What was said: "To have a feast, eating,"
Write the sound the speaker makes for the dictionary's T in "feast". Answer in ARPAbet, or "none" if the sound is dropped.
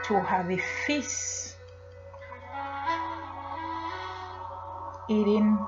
none